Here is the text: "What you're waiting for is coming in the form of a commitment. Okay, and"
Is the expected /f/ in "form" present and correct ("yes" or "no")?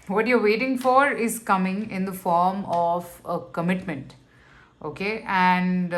yes